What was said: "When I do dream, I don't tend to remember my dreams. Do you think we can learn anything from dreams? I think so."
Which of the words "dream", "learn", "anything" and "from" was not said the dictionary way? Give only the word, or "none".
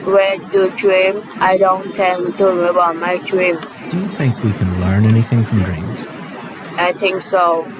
none